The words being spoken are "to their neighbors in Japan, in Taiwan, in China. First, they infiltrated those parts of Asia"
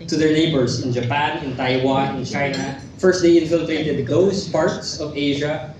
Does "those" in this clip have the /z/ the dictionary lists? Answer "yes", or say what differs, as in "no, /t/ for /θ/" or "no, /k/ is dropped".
no, /s/ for /z/